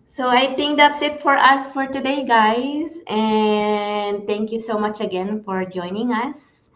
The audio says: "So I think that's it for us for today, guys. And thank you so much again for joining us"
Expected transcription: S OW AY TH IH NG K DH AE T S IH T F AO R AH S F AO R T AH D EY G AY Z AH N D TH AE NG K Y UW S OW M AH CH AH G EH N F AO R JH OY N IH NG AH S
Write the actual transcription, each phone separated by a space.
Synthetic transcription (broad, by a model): S OW AY T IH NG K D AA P S IH T F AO R AH S F AO R T AH D EY G AY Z AH N D T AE NG K Y UW S OW M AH CH AH G EH N F AO R JH OY N IH NG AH S